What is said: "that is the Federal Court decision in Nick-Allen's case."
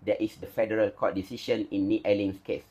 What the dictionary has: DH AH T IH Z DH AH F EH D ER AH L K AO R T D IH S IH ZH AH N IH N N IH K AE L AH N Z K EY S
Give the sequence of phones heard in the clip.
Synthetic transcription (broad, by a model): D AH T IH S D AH F EH D ER AH L K AO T D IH S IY SH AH N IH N N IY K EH L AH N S K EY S